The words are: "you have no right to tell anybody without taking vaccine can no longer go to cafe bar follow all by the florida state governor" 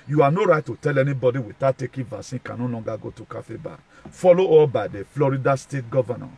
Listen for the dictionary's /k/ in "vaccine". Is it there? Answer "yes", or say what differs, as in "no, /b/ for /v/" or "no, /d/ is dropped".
no, /k/ is dropped